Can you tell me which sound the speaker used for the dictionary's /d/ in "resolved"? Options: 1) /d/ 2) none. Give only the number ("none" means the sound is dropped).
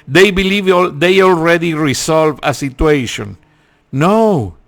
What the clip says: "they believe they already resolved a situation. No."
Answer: 2